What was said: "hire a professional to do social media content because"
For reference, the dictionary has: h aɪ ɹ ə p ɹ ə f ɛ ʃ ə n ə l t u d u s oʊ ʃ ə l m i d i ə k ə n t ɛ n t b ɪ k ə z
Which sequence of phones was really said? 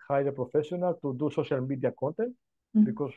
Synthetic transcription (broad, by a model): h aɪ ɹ ə p ɹ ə f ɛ s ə n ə l t u d u s oʊ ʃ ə l m i d i ə k ə n t ɛ n t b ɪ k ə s